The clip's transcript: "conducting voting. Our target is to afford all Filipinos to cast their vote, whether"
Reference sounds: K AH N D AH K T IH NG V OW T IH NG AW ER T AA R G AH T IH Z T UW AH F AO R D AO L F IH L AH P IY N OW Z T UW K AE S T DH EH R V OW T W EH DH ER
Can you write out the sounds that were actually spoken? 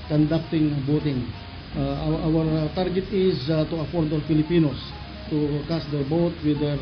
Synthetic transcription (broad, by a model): K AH N D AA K T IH NG B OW T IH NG AW ER T AA R G AH T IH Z T UW AH F AO R D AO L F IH L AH P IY N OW S T UW K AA S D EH R B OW T W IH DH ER